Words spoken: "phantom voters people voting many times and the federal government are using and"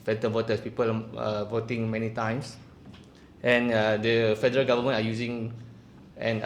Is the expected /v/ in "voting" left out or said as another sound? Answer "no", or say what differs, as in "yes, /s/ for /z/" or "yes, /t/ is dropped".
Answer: no